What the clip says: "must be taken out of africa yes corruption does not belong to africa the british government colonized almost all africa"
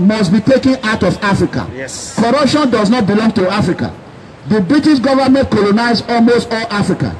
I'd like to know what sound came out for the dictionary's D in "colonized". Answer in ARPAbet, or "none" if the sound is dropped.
none